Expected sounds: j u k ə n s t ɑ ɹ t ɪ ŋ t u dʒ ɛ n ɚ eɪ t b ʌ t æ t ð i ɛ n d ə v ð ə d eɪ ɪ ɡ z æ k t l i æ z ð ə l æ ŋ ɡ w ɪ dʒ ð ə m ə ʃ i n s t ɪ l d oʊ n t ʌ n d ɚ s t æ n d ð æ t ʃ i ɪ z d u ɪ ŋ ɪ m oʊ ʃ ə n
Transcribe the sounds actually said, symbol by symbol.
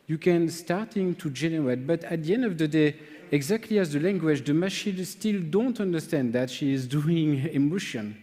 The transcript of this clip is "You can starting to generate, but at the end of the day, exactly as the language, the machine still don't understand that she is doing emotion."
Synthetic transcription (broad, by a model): j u k ə n s t ɑ ɹ t ɪ ŋ t u dʒ ɛ n ɚ eɪ t b ʌ t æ t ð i ɛ n d ə v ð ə d eɪ ɪ ɡ z æ k t l i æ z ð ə l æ ŋ ɡ w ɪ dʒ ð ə m ə ʃ i n s t ɪ l d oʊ n t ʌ n d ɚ s t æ n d ð æ t ʃ i ɪ z d u ɪ ŋ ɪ m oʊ ʃ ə n